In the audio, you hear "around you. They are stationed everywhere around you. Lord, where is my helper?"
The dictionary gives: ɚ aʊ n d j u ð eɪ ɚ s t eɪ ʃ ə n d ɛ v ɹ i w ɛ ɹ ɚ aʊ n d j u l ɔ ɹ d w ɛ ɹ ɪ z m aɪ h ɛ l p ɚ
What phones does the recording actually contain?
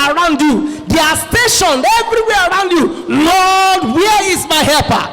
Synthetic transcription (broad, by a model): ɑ aʊ n d j u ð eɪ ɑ s t eɪ ʃ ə n ɛ v ɹ i w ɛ ɹ aʊ n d j u l ɔ d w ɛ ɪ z m aɪ h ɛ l p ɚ